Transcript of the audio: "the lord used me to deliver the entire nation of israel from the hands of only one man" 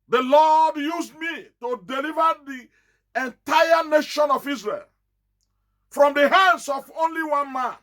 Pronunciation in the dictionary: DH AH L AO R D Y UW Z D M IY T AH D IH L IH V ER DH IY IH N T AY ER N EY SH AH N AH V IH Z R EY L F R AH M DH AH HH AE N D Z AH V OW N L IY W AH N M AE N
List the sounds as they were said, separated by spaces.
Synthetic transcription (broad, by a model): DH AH L AO D Y UW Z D M IY T AH D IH L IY V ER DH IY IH N T AY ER N EY SH AH N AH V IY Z R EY L F R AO M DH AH HH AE N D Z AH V OW N L IY W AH N M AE N